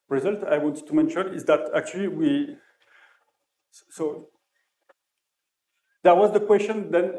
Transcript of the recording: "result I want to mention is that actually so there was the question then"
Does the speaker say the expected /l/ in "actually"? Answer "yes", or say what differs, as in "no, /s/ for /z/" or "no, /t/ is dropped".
no, /w/ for /l/